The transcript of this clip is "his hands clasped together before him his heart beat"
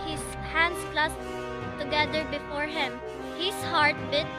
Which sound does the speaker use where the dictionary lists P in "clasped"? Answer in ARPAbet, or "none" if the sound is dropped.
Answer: none